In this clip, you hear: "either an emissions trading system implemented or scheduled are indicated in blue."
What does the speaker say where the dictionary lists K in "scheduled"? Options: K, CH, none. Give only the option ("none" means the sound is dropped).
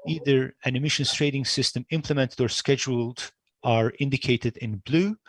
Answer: K